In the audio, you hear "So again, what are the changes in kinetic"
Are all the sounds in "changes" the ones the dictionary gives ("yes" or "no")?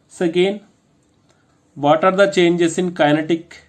no